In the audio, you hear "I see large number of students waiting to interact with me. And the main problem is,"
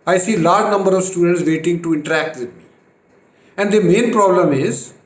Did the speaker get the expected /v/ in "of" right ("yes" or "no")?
yes